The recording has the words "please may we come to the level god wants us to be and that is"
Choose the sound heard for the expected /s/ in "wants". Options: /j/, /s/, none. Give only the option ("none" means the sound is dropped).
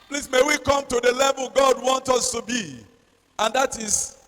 none